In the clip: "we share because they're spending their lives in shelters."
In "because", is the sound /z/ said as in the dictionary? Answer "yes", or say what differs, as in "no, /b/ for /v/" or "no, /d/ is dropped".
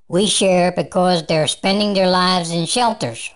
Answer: yes